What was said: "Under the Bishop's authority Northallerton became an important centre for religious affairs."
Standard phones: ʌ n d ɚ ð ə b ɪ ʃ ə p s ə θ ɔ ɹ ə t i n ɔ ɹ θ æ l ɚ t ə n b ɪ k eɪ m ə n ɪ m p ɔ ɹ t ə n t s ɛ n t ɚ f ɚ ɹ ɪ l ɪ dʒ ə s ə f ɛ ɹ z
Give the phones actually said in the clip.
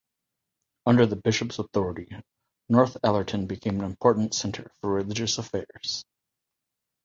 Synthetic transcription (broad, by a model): ʌ n d ɚ ð ə b ɪ ʃ ə p s ə θ ɔ ɹ ə t i n ɔ ɹ θ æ l ɚ t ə n b ɪ k eɪ m ə n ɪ m p ɔ ɹ t n t s ɛ n t ɚ f ɚ ɹ ɪ l ɪ dʒ ə s ə f ɛ ɹ z